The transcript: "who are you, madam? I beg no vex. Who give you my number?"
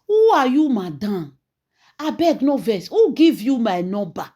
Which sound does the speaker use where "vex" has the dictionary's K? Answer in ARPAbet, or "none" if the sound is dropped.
none